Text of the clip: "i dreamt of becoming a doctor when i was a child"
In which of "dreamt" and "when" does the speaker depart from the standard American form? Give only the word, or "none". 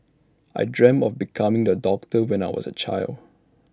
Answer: dreamt